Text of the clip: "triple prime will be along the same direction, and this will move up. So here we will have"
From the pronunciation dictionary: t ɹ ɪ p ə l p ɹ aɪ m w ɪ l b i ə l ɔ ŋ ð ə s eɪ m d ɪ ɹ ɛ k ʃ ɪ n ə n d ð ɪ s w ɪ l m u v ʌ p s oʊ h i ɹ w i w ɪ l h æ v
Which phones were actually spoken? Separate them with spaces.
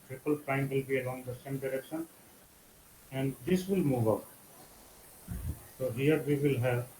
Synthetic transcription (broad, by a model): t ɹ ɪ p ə l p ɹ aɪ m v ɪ l b i ə l ɔ ŋ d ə s eɪ m d ɪ ɹ ɛ k ʃ ɪ n ə n d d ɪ s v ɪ l m u v ʌ p s oʊ h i ɹ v i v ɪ l h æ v